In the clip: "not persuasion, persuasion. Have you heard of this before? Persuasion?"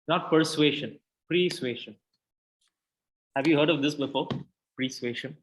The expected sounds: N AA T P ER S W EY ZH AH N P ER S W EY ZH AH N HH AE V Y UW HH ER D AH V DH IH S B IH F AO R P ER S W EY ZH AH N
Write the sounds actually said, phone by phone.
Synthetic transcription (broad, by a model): N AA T P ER S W EY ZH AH N P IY S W EY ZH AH N HH AE V Y UW HH ER D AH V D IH S B IH F AO R P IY S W EY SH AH N